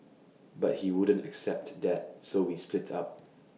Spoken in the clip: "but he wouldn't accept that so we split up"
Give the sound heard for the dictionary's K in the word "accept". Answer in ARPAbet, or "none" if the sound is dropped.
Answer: K